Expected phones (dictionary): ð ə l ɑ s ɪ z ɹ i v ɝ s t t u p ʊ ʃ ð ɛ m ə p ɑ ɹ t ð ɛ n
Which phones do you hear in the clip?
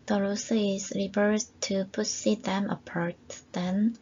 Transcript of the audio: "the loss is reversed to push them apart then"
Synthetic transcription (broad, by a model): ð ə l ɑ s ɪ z ɹ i f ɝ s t t u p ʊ s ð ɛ m ə p ɑ ɹ t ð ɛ n